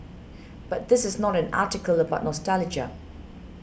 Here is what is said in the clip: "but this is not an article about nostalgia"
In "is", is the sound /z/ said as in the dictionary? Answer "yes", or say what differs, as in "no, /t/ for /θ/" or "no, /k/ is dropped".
yes